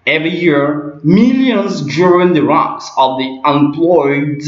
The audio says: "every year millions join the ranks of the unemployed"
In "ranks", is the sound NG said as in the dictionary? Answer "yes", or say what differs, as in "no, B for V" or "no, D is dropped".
no, NG is dropped